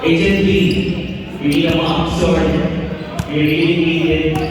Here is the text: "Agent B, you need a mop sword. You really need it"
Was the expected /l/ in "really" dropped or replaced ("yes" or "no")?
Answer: yes